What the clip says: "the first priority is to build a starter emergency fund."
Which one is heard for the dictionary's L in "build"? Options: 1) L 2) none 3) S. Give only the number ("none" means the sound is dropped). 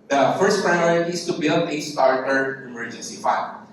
1